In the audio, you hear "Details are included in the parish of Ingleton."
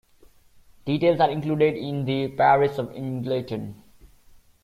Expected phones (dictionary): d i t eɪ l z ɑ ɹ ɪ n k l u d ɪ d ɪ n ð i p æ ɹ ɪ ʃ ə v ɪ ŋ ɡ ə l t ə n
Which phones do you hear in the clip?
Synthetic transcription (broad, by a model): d i t eɪ l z ɑ ɹ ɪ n k l u d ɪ d ɪ n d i p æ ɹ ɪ s ə v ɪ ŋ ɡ l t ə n